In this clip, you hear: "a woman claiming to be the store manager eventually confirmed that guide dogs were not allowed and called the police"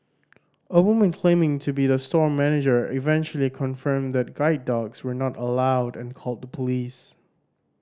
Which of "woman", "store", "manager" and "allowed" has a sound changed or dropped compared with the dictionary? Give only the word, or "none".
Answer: none